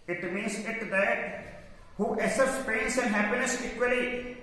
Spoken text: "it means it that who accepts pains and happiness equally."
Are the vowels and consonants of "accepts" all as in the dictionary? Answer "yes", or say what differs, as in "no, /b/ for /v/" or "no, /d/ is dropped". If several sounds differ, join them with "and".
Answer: no, /k/ is dropped and /p/ is dropped